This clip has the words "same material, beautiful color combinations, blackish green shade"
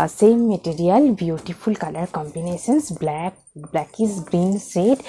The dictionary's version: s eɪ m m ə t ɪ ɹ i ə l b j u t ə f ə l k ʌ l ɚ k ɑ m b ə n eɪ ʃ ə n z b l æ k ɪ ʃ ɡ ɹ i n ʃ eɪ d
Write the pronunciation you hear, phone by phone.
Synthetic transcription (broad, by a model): s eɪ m m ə t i ɹ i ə l b j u t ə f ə l k ʌ l ɚ k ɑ m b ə n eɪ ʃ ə n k b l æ k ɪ s ɡ ɹ i n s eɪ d